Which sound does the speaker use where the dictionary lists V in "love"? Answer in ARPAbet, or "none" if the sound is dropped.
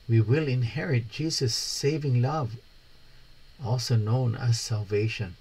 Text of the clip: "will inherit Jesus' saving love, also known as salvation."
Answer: V